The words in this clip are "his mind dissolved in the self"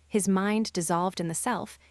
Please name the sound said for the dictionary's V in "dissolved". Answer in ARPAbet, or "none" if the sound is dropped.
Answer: V